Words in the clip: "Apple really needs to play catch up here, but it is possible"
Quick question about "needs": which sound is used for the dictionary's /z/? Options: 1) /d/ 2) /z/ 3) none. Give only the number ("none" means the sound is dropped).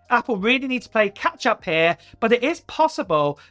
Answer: 3